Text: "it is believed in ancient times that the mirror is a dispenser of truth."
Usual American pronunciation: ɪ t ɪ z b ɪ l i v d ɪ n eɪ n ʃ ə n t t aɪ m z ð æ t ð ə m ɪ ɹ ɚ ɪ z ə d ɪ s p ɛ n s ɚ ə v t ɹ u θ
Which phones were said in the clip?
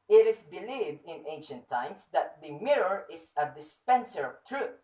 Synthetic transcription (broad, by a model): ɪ t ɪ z b ɪ l i v d ɪ n eɪ n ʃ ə n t t aɪ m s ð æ t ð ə m ɪ ɹ ɚ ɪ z ə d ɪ s p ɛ n s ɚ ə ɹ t ɹ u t